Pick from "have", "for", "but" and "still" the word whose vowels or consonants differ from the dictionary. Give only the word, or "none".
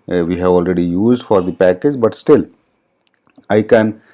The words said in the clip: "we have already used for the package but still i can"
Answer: none